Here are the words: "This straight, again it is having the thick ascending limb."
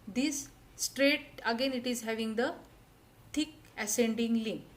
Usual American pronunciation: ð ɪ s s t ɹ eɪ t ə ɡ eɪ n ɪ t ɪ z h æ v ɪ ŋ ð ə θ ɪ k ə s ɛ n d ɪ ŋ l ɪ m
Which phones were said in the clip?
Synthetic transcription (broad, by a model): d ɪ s s t ɹ eɪ t ə ɡ eɪ n ɪ t ɪ z h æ v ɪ ŋ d ə t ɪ k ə s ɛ n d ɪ ŋ l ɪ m